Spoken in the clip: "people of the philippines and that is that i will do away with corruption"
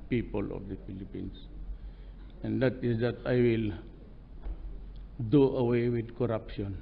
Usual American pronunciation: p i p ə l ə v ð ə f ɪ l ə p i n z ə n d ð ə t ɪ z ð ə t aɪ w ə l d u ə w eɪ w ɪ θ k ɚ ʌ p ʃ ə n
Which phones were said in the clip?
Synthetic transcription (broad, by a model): p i p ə l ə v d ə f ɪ l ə p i n s ə n d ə t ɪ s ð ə t aɪ w ə l d u ə w eɪ w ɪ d k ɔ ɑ p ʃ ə n